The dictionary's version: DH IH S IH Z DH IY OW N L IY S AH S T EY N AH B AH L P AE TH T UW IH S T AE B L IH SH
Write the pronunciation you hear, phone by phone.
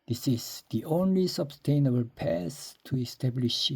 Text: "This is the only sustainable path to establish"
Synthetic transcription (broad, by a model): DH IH S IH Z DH IY OW N L IY S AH S T EY N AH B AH L P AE S T UW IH S T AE B L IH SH